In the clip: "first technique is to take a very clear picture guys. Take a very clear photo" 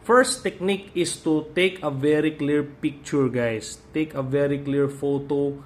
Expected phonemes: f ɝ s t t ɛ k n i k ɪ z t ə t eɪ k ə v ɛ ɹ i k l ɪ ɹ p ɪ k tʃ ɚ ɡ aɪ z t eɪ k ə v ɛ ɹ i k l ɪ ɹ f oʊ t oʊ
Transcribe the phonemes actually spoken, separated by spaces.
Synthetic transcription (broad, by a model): f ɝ s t t ɛ k n i k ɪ s t ə t eɪ k ə v ɛ ɹ i k l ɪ ɹ p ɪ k tʃ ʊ ɡ aɪ s t eɪ k ə v ɛ ɹ i k l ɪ ɹ f oʊ t oʊ